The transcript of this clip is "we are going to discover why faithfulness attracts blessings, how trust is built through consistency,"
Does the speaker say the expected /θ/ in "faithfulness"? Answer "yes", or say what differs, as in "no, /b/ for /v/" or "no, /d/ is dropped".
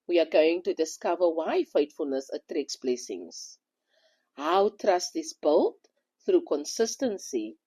no, /t/ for /θ/